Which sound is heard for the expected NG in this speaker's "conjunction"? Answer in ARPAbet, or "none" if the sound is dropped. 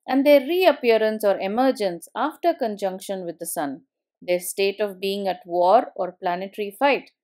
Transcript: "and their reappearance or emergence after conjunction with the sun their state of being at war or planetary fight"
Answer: NG